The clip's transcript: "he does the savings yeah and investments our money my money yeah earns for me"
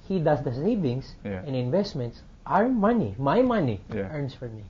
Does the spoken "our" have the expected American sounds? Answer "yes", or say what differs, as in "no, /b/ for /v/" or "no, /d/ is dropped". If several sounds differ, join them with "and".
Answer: yes